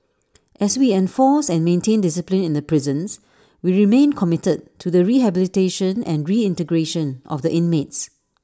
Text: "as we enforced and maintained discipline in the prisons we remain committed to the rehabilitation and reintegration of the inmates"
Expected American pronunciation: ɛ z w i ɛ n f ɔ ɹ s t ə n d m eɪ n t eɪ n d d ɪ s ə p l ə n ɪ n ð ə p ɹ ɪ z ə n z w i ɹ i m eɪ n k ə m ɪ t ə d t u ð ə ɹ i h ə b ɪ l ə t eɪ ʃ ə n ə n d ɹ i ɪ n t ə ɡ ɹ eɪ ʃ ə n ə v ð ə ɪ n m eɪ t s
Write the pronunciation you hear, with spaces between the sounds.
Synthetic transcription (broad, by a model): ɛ s w i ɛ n f ɔ s ə n m eɪ n t eɪ n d d ɪ s ə p l ə n ɪ n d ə p ɹ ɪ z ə n s w i ɹ i m eɪ n k ə m ɪ t ə d t u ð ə ɹ i h ə b ɪ l ə t eɪ ʃ ə n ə n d ɹ i ɪ n t ə ɡ ɹ eɪ ʃ ə n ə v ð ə ɪ n m eɪ t s